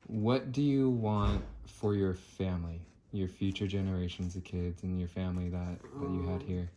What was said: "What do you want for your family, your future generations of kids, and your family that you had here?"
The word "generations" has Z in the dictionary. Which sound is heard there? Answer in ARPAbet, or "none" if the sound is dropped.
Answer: Z